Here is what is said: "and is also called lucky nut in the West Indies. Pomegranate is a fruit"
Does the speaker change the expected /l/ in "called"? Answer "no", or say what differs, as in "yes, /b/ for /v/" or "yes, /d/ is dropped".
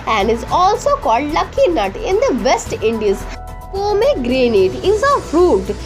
no